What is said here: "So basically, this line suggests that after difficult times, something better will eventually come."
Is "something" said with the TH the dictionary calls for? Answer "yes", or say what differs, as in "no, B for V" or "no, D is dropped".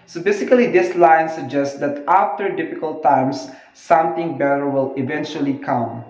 no, T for TH